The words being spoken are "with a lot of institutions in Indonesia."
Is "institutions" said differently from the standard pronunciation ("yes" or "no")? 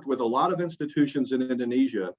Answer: no